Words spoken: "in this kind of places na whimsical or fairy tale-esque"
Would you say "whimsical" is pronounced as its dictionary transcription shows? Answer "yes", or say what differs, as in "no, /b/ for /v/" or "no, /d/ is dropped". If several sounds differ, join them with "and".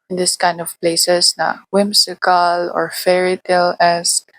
no, /s/ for /z/